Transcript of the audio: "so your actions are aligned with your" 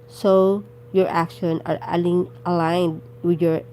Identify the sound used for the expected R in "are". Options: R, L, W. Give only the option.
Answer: L